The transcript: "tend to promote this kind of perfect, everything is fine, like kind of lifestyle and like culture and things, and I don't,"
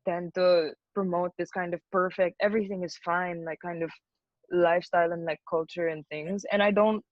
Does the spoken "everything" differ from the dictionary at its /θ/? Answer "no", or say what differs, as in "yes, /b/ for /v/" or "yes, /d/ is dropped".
no